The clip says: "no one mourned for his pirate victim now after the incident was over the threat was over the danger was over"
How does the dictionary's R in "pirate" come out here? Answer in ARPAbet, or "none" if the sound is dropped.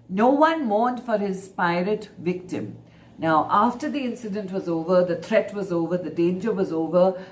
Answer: R